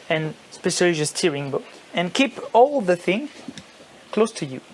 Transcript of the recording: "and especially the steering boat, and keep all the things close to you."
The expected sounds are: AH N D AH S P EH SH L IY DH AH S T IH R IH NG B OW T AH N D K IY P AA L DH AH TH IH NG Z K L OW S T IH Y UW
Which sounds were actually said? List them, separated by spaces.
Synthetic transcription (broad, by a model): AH N S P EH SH IY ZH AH S T IH R IH NG B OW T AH N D K IY P AA L DH AH TH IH NG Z K L OW S T IH Y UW